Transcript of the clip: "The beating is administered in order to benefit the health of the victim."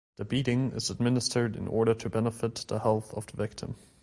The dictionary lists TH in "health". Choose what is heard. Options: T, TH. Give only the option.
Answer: TH